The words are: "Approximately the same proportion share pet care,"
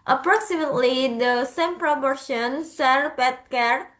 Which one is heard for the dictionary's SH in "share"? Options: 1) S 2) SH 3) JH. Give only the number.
1